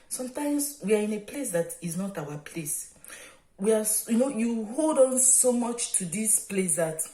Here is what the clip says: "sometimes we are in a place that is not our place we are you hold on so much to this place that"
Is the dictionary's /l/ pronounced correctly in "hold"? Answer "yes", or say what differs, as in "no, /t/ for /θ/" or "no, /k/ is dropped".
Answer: yes